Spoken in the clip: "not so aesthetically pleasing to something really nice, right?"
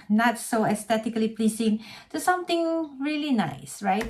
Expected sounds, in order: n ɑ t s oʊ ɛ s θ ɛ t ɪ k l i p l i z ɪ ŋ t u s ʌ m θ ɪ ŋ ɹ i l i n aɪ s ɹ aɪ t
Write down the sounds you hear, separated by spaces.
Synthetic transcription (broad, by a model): n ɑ t s oʊ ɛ s t ɛ t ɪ k l i p l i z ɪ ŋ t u s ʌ m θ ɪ ŋ ɹ i l i n aɪ s ɹ aɪ t